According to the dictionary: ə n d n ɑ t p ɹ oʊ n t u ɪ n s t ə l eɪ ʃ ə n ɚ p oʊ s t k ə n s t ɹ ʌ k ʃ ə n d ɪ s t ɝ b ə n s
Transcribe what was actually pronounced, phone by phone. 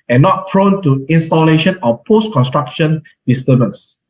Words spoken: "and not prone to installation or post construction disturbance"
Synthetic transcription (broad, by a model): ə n n ɑ t f ɹ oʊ n t u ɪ n s t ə l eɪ ʃ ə n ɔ p oʊ s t k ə n s t ɹ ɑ k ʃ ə n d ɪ s t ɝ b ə n s